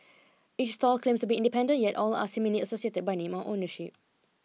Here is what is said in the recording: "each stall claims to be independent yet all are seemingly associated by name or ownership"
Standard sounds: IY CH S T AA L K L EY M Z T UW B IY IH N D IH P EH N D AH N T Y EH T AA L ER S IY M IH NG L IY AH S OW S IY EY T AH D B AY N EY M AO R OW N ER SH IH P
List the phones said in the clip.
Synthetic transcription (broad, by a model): IY CH S T AA L K L EY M S T UW B IY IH N D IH P EH N D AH N Y EH T AA L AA S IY M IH L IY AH S OW S IY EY T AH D B AY N EY M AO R OW N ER SH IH P